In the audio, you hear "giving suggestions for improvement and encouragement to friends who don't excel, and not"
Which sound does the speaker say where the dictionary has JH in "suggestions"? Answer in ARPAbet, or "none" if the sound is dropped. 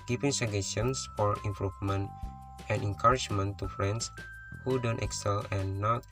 none